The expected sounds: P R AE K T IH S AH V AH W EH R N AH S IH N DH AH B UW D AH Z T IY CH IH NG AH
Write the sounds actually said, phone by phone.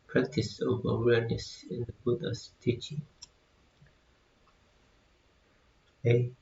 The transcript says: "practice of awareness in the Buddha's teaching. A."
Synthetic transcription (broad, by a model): P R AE K T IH S AH V AH W EH R N AH S IH N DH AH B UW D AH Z T IY CH IH NG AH